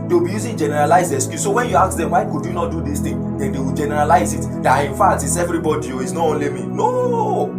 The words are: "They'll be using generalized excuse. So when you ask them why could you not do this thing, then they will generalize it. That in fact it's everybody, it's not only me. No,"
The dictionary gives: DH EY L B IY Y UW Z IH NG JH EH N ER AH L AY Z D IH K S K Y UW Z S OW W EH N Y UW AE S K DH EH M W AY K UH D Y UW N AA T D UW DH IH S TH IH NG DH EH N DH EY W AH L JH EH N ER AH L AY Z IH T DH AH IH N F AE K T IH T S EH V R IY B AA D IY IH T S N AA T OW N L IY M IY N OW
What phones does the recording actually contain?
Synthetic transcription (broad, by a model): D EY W B IY Y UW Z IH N JH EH N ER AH L AY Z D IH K S K Y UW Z S OW W EH N Y UW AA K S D EH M W AY K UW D Y UW N AA T D UW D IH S T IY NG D EH N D EY W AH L JH EH N ER AH L AY Z IH T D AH IH N F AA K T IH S EH V R IY B AA D IY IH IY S N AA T OW N L IY M IY N OW